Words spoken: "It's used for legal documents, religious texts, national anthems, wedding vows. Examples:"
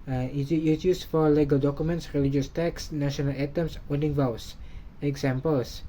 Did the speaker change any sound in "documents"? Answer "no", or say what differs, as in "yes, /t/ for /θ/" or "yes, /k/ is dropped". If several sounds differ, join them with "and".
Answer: no